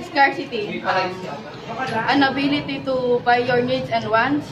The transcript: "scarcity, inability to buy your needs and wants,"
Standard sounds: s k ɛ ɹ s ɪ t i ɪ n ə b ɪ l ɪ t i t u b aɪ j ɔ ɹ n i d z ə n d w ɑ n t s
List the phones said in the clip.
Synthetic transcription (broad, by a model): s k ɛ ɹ s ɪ t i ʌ n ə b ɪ l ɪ t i t u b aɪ j ɔ ɹ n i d s ə n d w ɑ n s